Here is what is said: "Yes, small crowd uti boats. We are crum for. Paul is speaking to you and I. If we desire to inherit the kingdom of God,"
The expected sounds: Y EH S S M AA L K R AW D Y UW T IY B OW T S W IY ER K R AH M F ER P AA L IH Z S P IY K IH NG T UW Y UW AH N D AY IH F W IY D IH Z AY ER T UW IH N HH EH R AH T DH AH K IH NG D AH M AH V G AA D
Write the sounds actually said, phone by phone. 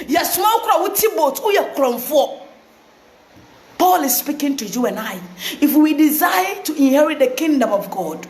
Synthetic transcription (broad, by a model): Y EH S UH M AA W K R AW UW T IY B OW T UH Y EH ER K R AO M F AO P AA L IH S S P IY K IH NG T UW Y UW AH N AY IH F W IY D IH Z AY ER T UW IH N HH EH R AH T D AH K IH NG D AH M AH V G AA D